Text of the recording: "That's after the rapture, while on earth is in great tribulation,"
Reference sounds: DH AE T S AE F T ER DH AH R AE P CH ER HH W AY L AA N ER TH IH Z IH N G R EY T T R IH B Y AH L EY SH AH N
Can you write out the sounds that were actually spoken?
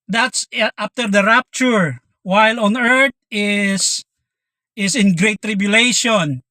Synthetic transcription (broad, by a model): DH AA T S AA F T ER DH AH R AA P CH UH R W AY L AA N ER S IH S IH N G R EY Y T R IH B Y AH L EY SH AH N